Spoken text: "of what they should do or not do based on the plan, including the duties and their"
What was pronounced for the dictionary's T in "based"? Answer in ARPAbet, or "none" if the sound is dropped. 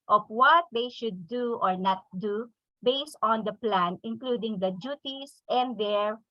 T